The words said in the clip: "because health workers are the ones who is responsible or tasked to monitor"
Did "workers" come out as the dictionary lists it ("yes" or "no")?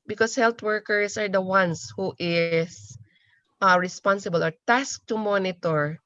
no